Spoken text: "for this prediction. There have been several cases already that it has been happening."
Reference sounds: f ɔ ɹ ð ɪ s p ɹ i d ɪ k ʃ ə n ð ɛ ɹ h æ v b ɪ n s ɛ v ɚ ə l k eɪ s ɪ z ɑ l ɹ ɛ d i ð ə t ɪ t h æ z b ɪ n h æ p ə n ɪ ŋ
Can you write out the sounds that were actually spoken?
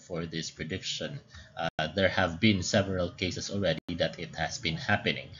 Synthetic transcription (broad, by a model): f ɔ ɹ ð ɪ s p ɹ i d ɪ k ʃ ə n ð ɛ ɹ h æ v b ɪ n s ɛ v ɚ ə l k eɪ s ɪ s ɑ l ɹ ɛ d i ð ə t ɪ t h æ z b ɪ n h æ p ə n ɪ ŋ